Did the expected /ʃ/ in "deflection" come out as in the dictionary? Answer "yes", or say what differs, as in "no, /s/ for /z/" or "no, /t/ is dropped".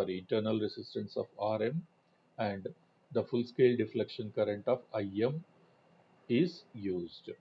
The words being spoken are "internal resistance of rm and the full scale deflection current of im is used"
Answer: yes